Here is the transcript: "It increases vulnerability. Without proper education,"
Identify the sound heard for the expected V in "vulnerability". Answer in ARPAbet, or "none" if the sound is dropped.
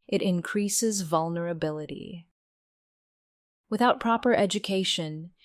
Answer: V